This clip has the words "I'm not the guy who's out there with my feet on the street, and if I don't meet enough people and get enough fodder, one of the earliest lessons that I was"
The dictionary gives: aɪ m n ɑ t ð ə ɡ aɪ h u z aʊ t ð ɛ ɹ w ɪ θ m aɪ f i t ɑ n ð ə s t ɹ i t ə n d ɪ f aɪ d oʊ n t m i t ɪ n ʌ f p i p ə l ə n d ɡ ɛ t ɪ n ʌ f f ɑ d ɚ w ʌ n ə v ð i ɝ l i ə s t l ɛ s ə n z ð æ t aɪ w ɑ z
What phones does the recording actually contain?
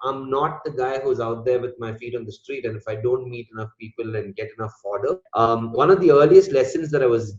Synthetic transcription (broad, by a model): aɪ m n ɑ t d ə ɡ aɪ h u z aʊ t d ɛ ɹ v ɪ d m aɪ f i t ɑ n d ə s t ɹ i t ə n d ɪ f aɪ d oʊ n t m i t ɪ n ʌ f p i p ə l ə n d ɡ ɛ t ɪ n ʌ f f ɑ d ɚ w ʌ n ə v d i ɝ l i ə s t l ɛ s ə n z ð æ t aɪ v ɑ z